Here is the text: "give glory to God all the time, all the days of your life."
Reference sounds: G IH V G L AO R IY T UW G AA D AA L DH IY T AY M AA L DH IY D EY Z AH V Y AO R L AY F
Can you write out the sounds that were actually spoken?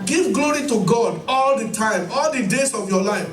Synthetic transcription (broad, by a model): G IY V G L AO R IY T UW G AA D AA L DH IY T AY M AA L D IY D EY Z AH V Y AO L AY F